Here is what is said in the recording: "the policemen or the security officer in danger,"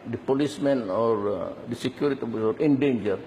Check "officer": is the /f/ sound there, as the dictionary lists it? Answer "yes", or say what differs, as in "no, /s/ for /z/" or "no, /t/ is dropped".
no, /f/ is dropped